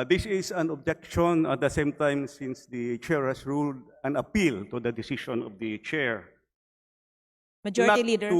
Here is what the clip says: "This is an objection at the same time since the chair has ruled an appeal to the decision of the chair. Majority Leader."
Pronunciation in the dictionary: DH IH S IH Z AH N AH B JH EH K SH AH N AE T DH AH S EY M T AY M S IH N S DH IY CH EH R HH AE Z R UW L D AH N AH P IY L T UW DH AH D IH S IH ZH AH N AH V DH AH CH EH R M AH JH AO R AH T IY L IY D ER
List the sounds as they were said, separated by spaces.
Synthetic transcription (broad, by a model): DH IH S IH S AH N AH B JH EH K SH AH N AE T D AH S EY M T AY M S IH N S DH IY CH EH R HH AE S R UW L D AH N AH P IY L T UW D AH D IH S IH SH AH N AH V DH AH CH EH R M AH JH AO R AH T IY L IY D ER